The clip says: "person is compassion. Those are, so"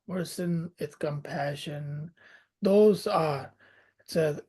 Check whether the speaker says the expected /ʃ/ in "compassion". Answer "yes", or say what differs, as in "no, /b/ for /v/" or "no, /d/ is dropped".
yes